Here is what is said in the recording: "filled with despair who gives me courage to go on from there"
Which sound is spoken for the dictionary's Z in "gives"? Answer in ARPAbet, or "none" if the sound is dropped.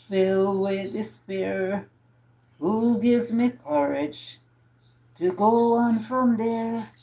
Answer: Z